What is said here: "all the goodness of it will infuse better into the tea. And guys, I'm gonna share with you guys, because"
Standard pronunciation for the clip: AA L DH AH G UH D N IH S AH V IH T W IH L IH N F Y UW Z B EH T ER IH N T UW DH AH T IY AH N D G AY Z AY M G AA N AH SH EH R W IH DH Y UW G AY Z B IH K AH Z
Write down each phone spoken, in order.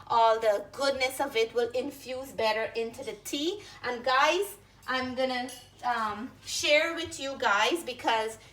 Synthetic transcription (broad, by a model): AA L DH AH G UH D N IH S AH V IH T W IH L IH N F Y UW Z B EH T ER IH N T UW DH AH T IY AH N G AY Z AY M G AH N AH SH EH R W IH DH Y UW G AY Z B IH K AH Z